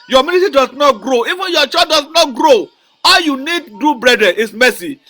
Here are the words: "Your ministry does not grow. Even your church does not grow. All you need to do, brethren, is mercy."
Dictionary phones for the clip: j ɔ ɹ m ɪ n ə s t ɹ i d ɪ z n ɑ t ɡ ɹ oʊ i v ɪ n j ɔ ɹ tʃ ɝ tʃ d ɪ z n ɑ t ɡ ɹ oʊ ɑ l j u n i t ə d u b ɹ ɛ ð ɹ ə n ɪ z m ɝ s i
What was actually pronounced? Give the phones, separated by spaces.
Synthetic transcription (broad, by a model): j ɔ m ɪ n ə t i d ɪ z n ɑ t ɡ ɹ oʊ i v ɪ n j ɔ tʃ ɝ d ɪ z n ɑ t ɡ ɹ oʊ ɑ l j u n i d d u b ɹ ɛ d ɹ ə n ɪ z m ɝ s i